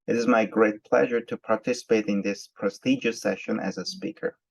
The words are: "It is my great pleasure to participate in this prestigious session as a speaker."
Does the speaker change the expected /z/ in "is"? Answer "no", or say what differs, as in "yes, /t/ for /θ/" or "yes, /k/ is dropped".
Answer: no